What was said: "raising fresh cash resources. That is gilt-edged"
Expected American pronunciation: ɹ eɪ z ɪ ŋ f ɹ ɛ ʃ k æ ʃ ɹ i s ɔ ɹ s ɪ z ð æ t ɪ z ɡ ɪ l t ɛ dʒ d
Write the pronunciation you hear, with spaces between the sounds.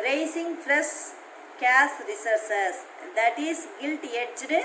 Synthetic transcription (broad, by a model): ɹ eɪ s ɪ ŋ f ɹ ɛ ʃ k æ s ɹ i s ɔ ɹ s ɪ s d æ t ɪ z ɡ ɪ l t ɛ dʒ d